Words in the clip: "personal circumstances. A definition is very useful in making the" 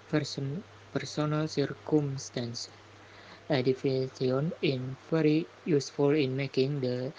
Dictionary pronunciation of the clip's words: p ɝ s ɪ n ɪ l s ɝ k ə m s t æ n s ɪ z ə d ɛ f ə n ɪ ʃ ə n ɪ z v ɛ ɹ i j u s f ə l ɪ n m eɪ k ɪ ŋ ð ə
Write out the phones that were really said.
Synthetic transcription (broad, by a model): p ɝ s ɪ n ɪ l s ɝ k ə m s t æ n s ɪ d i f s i ə n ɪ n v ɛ ɹ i j u s f ə l ɪ n m eɪ k ɪ ŋ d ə